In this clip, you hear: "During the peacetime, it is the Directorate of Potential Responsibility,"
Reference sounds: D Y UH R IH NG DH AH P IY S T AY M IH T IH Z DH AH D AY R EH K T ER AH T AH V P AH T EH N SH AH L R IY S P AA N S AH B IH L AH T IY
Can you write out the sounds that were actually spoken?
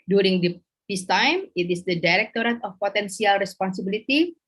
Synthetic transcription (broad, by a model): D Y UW R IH NG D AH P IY S T AY M IH T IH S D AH D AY R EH K T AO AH T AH F P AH T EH N S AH L R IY S P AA N S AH B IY L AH T IY